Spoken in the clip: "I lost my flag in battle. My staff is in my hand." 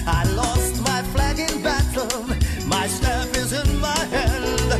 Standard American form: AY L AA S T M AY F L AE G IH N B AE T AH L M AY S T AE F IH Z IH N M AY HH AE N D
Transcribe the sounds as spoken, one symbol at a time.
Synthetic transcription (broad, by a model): AY L AA S T M AY F L AE G IH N B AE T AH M M AY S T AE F IH Z IH N M AY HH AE N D